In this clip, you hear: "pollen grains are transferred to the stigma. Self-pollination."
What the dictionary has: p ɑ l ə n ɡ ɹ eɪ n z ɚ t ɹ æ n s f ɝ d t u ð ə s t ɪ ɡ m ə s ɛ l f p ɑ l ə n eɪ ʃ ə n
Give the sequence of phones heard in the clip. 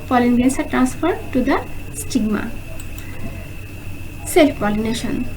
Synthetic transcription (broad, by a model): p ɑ l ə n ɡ eɪ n s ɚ t ɹ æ n s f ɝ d t u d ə s t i ɡ m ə s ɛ l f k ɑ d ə n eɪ ʃ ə n